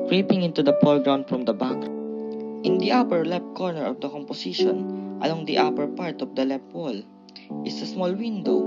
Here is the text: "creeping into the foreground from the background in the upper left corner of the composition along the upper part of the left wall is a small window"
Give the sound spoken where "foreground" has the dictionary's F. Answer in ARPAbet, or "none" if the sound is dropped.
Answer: P